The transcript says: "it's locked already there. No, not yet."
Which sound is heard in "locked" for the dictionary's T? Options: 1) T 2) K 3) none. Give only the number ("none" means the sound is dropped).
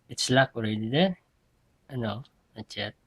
3